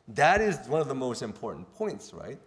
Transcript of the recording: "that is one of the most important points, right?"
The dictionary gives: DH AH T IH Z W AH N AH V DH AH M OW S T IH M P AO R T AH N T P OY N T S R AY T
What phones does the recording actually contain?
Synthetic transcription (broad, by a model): DH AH T IH Z W AH N AH V DH AH M OW S T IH M P AO R T N P OY N T S R AY T